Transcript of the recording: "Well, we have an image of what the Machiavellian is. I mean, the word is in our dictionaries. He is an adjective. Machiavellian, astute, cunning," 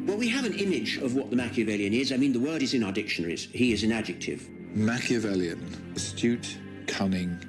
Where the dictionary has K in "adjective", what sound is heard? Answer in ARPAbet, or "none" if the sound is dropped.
K